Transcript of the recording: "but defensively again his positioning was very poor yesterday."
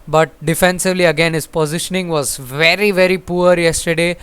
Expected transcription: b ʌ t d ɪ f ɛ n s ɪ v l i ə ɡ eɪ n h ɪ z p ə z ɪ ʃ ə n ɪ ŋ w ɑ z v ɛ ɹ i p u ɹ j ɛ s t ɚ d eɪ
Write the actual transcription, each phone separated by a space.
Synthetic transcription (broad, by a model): b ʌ t d ɪ f ɛ n s ɪ v l i ə ɡ eɪ n h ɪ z p ə z ɪ ʃ ə n ɪ ŋ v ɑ z v ɛ ɹ i p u ɹ j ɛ s t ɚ d eɪ